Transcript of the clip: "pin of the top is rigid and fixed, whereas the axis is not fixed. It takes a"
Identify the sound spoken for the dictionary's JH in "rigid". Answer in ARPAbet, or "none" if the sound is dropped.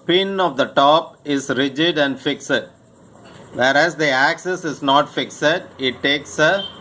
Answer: JH